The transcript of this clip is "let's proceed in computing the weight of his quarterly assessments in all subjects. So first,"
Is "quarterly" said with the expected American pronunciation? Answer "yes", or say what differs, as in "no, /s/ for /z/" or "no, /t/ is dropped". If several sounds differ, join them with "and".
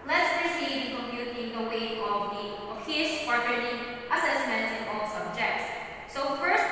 no, /n/ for /l/